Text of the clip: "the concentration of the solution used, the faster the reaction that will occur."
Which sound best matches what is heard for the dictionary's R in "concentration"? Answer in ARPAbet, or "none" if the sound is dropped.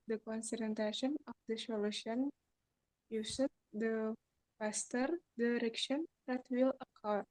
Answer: none